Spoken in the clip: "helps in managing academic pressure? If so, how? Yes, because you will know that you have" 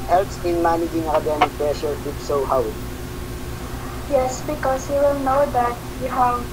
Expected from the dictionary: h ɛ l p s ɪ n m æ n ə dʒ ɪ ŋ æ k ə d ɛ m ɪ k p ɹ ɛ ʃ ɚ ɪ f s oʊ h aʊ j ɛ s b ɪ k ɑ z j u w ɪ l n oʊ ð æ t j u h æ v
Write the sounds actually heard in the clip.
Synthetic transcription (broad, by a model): h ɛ l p s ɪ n m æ n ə dʒ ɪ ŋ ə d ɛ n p ɹ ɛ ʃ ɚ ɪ p s oʊ h aʊ j ɛ s b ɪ k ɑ s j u w ɪ l n oʊ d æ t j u h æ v